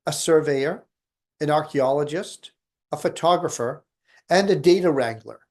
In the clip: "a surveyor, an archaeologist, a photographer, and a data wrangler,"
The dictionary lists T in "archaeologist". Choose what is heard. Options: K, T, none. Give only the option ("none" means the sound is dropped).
T